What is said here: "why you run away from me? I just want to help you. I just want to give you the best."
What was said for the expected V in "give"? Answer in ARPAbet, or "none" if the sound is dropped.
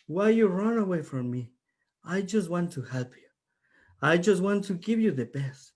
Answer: V